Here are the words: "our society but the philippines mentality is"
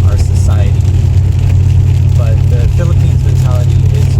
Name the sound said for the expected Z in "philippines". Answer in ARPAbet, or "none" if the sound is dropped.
Z